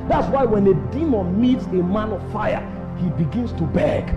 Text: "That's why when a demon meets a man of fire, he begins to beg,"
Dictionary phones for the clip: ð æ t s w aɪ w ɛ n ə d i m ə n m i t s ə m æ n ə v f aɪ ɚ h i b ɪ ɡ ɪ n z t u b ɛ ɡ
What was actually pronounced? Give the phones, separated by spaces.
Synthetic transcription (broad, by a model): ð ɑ t s w aɪ w ɛ n ə d i m ə n m i t s ə m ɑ n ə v f aɪ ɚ h i b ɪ ɡ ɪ n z t u b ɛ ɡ